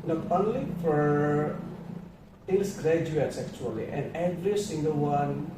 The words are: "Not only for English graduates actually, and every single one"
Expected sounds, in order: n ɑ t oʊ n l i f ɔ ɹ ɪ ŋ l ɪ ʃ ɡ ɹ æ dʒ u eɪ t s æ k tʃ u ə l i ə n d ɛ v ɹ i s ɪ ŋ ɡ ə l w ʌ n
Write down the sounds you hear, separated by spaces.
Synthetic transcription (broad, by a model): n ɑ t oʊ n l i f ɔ ɹ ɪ l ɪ s ɡ ɹ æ dʒ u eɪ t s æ k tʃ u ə l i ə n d ɛ v ɹ i s ɪ ŋ ɡ ə l w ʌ n